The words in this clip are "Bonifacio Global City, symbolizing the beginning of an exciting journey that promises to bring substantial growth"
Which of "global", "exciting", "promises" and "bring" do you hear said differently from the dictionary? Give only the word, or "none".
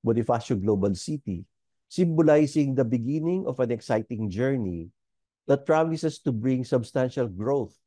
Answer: promises